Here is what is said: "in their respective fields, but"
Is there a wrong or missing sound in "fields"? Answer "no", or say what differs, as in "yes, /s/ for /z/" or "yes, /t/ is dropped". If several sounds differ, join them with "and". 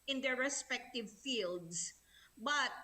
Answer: yes, /s/ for /z/